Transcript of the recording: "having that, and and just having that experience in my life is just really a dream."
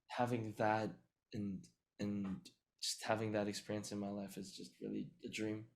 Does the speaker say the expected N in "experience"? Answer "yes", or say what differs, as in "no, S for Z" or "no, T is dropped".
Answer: yes